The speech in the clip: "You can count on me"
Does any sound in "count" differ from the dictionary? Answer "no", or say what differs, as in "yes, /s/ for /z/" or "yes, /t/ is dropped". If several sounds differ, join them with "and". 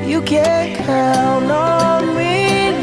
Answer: yes, /t/ is dropped